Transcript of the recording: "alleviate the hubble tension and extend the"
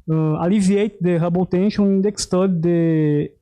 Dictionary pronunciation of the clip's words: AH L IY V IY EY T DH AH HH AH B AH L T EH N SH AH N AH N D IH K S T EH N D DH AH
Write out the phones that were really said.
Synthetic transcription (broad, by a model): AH L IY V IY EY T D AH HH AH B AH T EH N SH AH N AH N D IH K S T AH D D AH